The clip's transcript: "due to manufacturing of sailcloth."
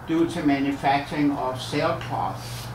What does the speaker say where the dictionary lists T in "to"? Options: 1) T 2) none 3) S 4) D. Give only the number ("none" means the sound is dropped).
3